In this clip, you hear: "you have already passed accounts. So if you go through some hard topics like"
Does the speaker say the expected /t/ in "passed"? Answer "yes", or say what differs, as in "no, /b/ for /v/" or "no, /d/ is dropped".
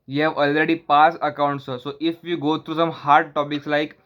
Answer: no, /t/ is dropped